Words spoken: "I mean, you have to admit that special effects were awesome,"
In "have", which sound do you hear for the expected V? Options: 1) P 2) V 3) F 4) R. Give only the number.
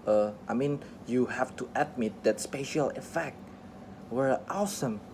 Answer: 3